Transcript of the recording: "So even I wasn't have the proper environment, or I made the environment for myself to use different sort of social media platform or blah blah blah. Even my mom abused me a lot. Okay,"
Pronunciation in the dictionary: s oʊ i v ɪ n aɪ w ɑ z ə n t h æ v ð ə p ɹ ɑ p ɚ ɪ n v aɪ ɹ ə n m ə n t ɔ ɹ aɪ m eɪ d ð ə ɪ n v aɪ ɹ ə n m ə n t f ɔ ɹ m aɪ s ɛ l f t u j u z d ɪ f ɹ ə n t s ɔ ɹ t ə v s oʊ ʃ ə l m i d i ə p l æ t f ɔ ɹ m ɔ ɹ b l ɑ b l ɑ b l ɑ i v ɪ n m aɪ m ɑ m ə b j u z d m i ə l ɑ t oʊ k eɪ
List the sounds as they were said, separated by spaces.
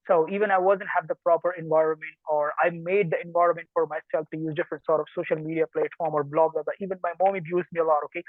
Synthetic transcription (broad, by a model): s oʊ i v ɪ n aɪ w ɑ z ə n t h æ v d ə p ɹ ɑ p ɚ ɪ n v aɪ ɹ ə n m ə n t ɔ ɹ aɪ m eɪ d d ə ɪ n v aɪ ɹ ə n m ə n t f ɔ ɹ m aɪ s ɛ l f t u j u z d ɪ f ɹ ə n t s ɔ ɹ t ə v s oʊ ʃ ə l m i d i ə p l æ t f ɔ ɹ m ɔ ɹ b l ɑ b l ɑ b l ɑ i v ɪ n m aɪ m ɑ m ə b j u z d m i ə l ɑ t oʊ k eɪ